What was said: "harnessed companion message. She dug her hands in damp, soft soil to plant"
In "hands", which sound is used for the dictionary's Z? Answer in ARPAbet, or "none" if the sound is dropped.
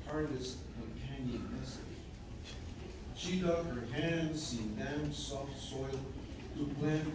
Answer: S